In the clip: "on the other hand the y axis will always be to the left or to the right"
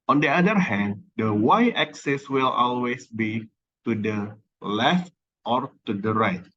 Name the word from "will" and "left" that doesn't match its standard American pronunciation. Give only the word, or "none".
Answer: none